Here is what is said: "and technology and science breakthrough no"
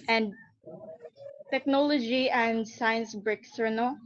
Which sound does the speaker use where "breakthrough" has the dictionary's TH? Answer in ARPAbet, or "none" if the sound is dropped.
S